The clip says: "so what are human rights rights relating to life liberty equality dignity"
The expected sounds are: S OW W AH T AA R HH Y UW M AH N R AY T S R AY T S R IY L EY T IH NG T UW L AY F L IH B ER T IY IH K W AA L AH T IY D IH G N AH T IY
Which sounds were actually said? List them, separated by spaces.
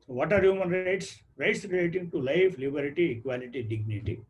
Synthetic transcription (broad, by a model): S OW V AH T AA R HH Y UW M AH N R AY T S R AY T S R IY L EY T IH NG T UW L AY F L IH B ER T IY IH K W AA L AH T IY D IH G N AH T IY